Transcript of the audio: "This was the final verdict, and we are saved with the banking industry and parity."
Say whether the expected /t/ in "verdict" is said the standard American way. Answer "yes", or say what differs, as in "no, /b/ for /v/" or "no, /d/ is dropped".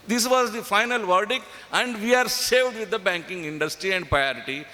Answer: no, /t/ is dropped